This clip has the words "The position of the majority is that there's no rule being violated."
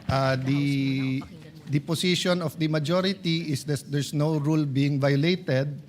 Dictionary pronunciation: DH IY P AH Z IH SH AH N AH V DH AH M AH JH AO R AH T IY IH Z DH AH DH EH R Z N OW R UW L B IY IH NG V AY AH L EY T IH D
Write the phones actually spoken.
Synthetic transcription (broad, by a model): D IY P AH S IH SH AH N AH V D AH M AH JH AO R AH T IY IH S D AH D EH R S N OW R UW L B IY IH NG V AY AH L EY T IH D